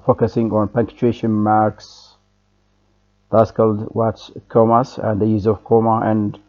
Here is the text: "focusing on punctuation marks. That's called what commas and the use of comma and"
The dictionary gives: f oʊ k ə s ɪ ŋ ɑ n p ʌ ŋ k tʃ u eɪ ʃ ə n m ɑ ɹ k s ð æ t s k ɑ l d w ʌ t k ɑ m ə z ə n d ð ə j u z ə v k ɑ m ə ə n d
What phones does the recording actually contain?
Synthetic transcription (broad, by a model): f oʊ k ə s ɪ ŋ ɑ n p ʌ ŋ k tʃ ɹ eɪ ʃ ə n m ɑ ɹ k s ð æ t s k ɑ l d w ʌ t k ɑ m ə s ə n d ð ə j u z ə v k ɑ m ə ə n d